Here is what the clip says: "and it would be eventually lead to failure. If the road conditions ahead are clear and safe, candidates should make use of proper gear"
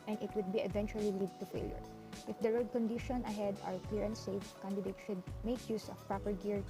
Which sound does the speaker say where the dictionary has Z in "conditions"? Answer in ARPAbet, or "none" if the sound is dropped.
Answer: none